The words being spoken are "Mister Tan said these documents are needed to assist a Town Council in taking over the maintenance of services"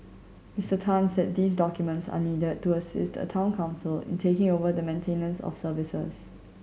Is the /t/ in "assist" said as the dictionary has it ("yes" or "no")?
yes